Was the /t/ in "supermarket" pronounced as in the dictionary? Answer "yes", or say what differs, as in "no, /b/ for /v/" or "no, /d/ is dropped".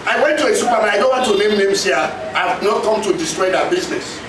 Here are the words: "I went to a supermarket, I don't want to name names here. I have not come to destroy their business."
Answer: no, /t/ is dropped